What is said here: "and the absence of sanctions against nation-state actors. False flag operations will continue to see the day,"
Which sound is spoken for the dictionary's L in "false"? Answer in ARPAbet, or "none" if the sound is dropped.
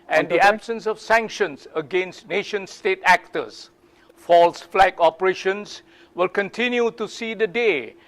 L